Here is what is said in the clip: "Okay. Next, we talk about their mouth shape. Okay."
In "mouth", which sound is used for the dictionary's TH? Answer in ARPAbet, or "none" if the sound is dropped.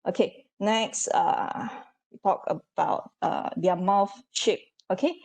F